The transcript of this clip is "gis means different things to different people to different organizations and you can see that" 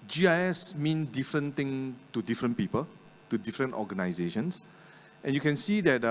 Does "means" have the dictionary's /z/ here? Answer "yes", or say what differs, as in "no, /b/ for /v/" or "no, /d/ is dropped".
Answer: no, /z/ is dropped